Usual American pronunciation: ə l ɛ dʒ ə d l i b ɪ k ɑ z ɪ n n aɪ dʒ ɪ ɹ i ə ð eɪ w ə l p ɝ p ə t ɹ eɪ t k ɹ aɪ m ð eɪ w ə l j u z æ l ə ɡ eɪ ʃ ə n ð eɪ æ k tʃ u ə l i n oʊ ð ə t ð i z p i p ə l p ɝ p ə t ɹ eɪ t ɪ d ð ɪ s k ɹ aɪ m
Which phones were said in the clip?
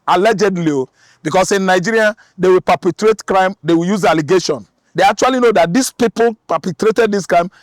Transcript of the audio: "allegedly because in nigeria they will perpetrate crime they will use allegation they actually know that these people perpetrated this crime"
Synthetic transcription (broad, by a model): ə l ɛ dʒ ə d l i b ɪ k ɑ s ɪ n n aɪ dʒ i ɹ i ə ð eɪ w ə l p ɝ p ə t ɹ eɪ t k ɹ aɪ m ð eɪ w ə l j u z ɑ l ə ɡ eɪ ʃ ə n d eɪ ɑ k tʃ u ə l i n oʊ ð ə t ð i s p i p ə l p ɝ p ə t ɹ eɪ t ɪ d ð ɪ s k ɹ aɪ m